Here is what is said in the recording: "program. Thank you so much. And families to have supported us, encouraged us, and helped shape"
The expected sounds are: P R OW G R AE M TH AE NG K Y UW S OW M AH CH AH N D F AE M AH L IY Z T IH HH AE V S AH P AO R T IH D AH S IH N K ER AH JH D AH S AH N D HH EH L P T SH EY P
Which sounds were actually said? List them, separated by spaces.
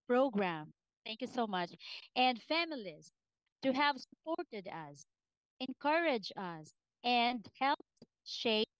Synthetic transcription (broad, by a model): P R OW G R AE M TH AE NG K Y UW S OW M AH CH AH N D F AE M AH L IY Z T IH HH AE V S AH P AO R T IH D AH S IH N K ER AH JH AH S AH N D HH EH L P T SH EY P